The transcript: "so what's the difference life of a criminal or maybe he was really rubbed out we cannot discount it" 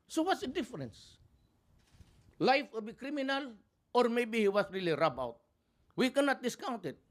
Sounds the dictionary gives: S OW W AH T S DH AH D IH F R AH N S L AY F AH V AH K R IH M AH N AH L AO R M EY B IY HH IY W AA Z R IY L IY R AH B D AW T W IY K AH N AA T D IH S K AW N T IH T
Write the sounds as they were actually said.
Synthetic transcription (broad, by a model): S OW W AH T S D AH D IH F R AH N S L AY F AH B AH K R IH M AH N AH L AO R M EY B IY HH IY W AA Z R IY L IY R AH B AW T W IY K AH N AA T D IH S K AW N T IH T